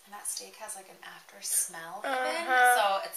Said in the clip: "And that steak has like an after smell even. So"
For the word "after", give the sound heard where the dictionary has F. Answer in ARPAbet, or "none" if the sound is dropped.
F